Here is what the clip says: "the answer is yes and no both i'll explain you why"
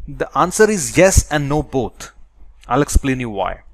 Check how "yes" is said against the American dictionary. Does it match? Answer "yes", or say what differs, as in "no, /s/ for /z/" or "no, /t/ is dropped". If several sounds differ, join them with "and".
yes